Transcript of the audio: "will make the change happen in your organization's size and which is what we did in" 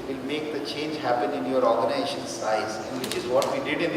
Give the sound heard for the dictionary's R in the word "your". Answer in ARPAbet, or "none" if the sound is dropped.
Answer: R